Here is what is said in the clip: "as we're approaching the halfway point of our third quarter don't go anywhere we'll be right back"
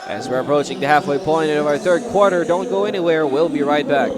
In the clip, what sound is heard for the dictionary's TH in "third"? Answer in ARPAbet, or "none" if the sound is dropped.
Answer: TH